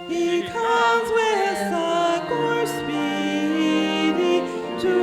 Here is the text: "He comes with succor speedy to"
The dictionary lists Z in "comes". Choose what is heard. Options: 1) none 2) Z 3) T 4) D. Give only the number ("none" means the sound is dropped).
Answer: 2